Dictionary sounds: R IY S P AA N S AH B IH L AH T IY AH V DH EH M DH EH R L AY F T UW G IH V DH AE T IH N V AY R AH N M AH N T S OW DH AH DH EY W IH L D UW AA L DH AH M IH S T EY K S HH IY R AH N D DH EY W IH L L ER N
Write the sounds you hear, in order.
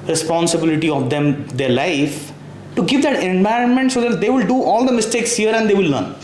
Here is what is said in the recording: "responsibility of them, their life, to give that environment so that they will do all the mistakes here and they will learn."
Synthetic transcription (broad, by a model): R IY S P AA N S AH B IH L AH T IY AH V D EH M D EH R L AY F T UW G IH V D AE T IH N V AY R AH N M AH N T S OW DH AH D EY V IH L D UW AA L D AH M IH S T EY K S HH IY R AH N D EY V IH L L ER N